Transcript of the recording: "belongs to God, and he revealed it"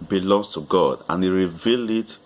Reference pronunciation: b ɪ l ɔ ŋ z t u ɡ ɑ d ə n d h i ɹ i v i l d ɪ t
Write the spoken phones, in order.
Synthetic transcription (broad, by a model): b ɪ l ɔ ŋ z t u ɡ ɑ d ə n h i ɹ i v i l d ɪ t